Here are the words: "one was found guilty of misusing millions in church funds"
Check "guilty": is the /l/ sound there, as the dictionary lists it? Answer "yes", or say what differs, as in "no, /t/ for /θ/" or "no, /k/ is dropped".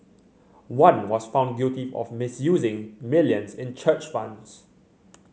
no, /l/ is dropped